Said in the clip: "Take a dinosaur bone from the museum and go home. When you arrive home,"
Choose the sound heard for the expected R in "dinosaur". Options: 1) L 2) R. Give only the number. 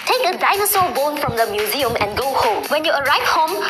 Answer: 1